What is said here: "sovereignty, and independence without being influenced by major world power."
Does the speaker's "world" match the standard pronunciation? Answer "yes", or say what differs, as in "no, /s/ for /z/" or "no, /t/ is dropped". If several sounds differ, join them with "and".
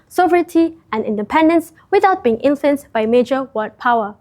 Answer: no, /l/ is dropped